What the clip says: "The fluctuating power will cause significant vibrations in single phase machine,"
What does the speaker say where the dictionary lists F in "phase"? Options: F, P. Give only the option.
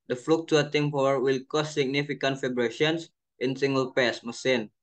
P